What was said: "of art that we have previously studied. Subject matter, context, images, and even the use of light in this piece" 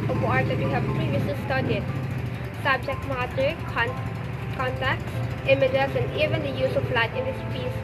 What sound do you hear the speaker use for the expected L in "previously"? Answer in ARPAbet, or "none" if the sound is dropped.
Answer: none